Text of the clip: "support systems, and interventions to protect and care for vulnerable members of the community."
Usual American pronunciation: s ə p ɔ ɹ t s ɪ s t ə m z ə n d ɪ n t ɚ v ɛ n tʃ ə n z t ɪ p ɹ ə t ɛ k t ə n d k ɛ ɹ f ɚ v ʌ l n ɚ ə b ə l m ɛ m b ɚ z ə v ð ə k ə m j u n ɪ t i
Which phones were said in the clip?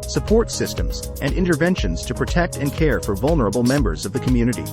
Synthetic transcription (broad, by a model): s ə p ɔ ɹ t s ɪ s t ə m z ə n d ɪ n t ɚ v ɛ n ʃ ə n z t ɪ p ɹ ə t ɛ k t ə n k ɛ ɹ f ɚ v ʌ l n ɚ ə b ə l m ɛ m b ɚ z ə v ð ə k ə m j u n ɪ t i